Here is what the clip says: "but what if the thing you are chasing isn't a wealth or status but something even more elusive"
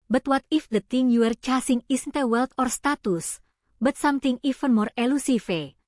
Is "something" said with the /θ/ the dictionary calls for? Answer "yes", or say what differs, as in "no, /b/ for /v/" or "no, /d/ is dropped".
no, /t/ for /θ/